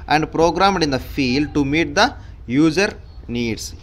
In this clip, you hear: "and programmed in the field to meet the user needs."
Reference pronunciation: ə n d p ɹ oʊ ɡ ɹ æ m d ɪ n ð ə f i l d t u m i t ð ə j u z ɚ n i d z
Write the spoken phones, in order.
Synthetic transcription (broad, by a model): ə n d p ɹ oʊ ɡ ɹ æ m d ɪ n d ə f i l d t u m i t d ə j u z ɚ n i d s